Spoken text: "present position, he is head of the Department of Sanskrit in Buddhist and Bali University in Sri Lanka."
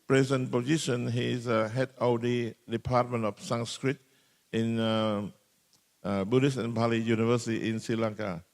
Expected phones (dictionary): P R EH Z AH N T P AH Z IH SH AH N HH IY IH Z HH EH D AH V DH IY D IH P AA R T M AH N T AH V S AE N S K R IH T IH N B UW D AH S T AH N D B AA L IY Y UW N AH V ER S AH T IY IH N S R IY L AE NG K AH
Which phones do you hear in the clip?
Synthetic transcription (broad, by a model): P R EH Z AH N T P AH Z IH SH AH N HH IY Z HH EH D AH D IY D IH P AA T M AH N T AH F S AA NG S K R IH T IH N B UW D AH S AH N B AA L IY Y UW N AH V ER S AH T IY IH N S R IY L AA NG K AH